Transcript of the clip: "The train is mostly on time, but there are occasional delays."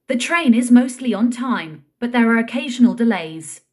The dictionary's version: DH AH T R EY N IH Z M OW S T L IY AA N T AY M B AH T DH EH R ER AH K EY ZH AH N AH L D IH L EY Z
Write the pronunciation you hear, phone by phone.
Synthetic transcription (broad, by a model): DH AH T R EY N IH Z M OW S T L IY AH N T AY M B AH T DH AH R ER AH K EY ZH AH N AH L D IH L EY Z